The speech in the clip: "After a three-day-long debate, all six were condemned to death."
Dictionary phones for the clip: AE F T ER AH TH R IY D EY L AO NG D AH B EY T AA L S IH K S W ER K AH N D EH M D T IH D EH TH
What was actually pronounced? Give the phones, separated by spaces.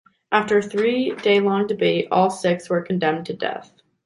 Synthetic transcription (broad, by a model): AE F T ER AH TH R IY D EY L AO NG D AH B EY T AA L S IH K S W ER K N D EH M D T IH D EH TH